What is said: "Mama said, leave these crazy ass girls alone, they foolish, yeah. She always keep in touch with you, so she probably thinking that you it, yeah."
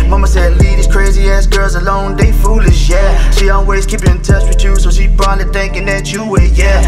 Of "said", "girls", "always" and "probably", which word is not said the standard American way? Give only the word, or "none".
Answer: probably